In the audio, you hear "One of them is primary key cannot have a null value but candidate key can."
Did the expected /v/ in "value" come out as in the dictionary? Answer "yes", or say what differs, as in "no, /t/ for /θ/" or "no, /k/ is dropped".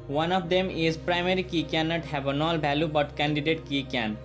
no, /b/ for /v/